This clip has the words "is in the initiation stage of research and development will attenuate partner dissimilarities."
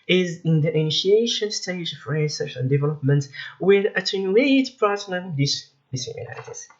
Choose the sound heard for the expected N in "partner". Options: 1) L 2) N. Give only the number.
1